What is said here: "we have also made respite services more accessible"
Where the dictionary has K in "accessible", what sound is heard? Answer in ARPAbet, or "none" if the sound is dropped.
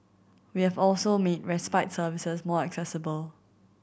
K